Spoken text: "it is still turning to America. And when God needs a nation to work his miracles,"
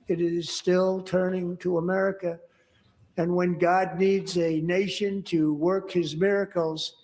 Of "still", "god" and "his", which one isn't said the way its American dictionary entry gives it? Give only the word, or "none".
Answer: none